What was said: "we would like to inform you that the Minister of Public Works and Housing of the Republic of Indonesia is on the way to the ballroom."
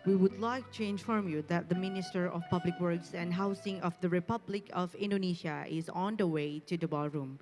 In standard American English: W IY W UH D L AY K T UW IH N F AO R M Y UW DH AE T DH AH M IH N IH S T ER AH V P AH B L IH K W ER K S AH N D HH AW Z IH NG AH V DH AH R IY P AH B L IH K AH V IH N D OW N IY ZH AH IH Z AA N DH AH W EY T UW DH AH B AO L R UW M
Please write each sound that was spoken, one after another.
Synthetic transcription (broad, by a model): W IY W UH D L AY K T UW IH N F AO R M Y UW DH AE T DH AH M IH N IH S T ER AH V P AH B L IH K W ER K S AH N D HH AW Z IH NG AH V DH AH R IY P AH B L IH K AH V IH N D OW N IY SH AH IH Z AA N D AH W EY T UW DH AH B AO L R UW M